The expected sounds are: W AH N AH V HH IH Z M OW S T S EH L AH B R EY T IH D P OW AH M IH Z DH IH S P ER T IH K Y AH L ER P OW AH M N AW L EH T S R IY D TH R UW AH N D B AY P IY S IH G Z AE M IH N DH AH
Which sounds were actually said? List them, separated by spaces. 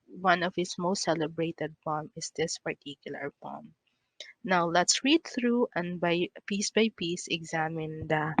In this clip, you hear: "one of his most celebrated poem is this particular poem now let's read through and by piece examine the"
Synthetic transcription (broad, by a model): W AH N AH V HH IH S M OW S T S EH L AH B R EY T IH D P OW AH M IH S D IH S P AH T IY K Y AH L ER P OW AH M N AW L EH T S R IY D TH R UW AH N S B AY P IY S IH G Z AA M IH N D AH